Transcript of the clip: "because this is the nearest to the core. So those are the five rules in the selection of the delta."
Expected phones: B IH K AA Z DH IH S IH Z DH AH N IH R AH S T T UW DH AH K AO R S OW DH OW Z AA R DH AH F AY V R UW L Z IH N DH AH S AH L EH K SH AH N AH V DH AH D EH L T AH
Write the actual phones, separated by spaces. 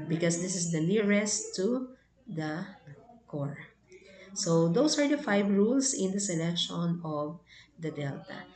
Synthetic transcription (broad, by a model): B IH K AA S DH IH S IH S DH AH N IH R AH S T T UW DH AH K AO R S OW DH OW S AA R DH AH F AY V R UW L S IH N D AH S AH L EH K SH AH N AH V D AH D EH L T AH